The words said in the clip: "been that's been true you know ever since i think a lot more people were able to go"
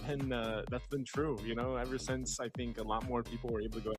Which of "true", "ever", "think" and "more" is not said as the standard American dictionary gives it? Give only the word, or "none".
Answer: none